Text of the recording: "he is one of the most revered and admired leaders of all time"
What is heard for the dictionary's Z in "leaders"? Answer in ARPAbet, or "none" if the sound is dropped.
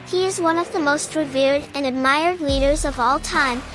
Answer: Z